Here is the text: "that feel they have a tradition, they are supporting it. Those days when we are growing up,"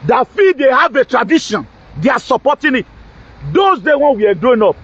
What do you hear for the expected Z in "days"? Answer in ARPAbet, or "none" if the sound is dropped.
none